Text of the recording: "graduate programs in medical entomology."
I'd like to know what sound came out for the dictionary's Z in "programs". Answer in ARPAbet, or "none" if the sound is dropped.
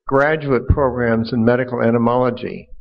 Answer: Z